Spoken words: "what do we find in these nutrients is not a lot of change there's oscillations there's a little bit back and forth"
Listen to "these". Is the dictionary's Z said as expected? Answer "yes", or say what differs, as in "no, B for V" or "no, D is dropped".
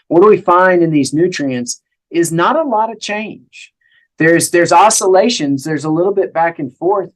yes